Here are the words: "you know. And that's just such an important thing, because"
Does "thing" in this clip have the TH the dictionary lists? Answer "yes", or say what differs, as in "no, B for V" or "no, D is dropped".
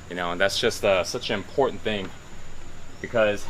yes